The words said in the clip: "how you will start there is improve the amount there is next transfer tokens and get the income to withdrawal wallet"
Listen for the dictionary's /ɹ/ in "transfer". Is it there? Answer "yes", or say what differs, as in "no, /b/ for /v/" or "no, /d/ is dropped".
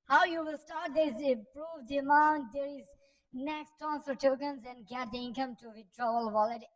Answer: no, /ɹ/ is dropped